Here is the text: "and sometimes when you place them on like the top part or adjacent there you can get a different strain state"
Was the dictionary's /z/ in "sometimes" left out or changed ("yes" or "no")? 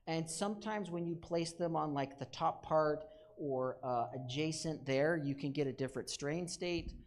no